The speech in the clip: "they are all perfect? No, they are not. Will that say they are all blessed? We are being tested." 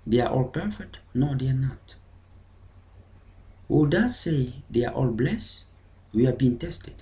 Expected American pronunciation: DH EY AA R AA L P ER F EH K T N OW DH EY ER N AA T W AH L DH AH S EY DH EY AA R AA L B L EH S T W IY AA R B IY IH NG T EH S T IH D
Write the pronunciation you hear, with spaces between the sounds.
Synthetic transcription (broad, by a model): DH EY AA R AA L P ER F EH K T N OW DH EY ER N AA T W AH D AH S EY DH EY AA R AA L B L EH S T W IY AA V B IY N T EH S T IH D